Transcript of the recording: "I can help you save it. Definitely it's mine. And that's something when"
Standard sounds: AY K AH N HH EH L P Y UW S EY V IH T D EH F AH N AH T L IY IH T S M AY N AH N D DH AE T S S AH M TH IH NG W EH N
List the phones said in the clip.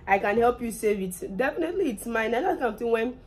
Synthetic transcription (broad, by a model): AY K AH N HH EH L P Y UW S EY V IH T D EH F AH N AH T L IY T S M AY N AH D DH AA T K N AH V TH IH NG W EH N